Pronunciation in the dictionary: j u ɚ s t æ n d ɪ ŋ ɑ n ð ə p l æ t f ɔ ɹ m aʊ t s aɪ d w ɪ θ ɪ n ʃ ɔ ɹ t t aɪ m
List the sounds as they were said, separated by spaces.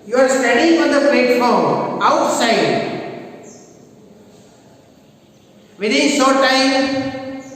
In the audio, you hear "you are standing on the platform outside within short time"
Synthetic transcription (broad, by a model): j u ɚ s t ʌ d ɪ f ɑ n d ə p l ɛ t f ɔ ɹ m aʊ t s aɪ d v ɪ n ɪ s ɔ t t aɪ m